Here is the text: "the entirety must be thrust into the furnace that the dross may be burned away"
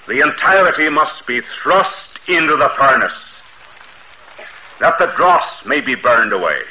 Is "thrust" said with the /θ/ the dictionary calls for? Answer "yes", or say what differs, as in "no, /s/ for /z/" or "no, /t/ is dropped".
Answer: yes